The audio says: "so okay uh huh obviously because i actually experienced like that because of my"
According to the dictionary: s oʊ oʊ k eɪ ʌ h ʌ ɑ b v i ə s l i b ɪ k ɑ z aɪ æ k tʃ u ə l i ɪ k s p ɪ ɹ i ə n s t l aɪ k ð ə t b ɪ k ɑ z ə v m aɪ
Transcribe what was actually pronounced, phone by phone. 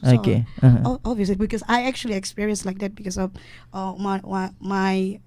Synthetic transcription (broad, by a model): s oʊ oʊ k eɪ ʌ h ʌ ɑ v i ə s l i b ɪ k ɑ s aɪ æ k tʃ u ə l i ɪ k s p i ɹ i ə n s l aɪ k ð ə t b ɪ k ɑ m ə w m aɪ